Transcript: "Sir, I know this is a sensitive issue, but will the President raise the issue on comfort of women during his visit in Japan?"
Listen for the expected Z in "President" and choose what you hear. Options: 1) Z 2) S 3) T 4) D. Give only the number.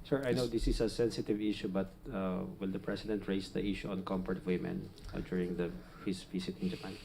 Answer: 2